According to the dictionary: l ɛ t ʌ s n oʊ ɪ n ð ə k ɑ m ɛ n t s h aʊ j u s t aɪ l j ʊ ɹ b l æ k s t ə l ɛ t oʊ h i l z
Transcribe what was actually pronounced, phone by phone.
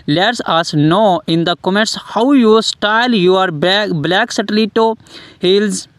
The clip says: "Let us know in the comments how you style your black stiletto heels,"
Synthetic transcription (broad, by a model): l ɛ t ʌ s n oʊ ɪ n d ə k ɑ m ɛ t s h aʊ j u s t aɪ l j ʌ ɹ b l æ k s t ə l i t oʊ h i l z